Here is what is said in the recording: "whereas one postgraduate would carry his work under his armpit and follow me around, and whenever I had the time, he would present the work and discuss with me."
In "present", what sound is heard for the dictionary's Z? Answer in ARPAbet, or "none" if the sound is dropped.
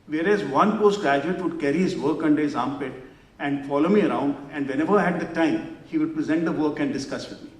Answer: Z